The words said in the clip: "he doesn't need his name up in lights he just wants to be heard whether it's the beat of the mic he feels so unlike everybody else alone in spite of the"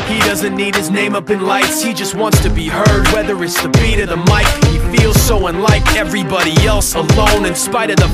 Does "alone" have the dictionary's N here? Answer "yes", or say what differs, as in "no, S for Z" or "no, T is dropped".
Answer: yes